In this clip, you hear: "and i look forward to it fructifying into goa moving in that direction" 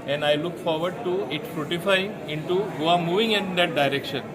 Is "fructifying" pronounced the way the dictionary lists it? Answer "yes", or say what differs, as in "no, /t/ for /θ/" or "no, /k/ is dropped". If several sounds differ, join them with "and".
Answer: no, /k/ is dropped